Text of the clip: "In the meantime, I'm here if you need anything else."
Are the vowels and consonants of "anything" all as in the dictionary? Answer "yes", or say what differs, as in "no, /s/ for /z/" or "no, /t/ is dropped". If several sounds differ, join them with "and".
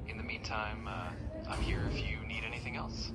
yes